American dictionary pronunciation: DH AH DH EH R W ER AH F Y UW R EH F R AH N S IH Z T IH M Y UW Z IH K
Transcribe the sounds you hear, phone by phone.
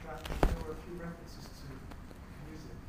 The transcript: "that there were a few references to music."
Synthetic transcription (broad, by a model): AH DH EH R W ER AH F Y UW R EH F R AH N S IH Z T IH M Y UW Z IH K